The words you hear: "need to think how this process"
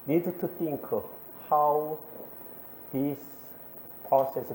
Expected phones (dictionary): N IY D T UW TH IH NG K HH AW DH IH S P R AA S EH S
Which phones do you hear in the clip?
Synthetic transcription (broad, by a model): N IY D T UW T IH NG K HH AW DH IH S P R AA S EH S